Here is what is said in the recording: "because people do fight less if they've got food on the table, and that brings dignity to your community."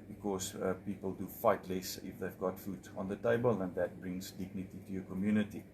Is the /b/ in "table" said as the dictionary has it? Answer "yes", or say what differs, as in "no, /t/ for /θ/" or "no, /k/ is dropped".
yes